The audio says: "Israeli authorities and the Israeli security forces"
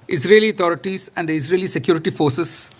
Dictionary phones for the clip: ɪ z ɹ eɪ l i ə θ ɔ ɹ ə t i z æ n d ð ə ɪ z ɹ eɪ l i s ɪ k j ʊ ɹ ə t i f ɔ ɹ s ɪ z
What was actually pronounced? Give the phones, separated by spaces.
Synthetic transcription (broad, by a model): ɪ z ɹ eɪ l i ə t ɔ ɹ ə t i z æ n d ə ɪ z ɹ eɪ l i s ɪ k j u ɹ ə t i f ɔ ɹ s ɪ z